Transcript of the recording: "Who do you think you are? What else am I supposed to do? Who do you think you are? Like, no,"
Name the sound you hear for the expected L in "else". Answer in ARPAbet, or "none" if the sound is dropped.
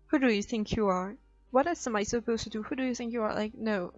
none